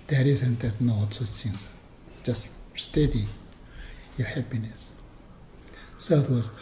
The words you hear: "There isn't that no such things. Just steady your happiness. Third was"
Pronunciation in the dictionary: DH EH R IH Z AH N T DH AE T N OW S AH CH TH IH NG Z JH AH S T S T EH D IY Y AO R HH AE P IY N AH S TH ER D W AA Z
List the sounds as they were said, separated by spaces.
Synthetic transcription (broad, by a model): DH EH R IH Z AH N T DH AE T N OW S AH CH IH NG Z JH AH S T S T EH D IY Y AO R HH AE P IY N AH S S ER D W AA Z